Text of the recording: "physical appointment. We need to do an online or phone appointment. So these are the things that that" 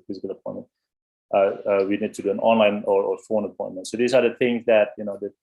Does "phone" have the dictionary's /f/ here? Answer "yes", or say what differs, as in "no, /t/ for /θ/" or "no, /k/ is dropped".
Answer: yes